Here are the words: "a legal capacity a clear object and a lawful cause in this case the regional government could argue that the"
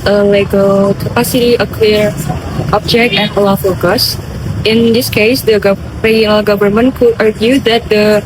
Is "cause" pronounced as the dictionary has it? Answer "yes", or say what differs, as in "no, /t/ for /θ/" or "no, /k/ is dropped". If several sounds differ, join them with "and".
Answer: no, /s/ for /z/